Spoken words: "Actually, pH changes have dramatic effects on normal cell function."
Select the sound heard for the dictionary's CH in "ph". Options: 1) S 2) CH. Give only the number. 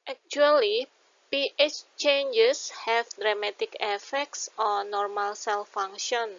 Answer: 2